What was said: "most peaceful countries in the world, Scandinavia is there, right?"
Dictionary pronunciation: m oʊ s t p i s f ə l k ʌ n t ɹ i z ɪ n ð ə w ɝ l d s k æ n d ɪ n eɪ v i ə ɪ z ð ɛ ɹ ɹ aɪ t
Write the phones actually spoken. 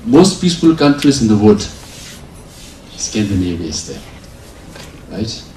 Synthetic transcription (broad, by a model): m oʊ s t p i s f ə l k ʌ n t ɹ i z ɪ n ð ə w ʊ d s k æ n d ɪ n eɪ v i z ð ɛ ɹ ɹ aɪ t